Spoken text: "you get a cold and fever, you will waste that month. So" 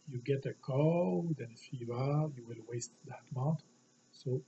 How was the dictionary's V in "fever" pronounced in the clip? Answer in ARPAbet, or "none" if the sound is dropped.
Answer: B